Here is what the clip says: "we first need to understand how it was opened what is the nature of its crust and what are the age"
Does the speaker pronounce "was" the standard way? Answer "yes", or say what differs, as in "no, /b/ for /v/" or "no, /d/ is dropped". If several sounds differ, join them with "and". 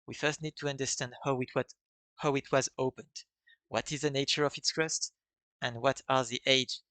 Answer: yes